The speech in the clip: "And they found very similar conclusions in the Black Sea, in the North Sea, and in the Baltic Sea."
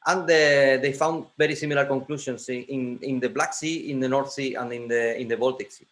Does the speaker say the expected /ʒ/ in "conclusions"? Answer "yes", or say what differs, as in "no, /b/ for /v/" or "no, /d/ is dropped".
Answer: no, /s/ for /ʒ/